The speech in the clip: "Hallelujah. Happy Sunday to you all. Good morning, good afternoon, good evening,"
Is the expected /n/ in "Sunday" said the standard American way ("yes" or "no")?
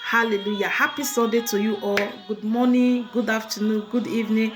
no